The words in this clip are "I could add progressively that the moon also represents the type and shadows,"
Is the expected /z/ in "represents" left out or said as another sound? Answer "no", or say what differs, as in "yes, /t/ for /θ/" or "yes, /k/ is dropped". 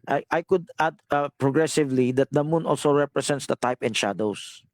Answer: yes, /s/ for /z/